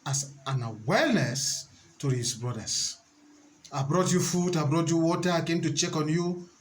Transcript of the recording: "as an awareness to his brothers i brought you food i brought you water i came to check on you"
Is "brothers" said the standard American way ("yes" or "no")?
no